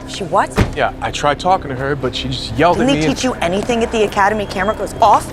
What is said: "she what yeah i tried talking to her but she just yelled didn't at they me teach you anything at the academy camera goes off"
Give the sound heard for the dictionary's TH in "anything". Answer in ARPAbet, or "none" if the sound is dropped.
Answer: TH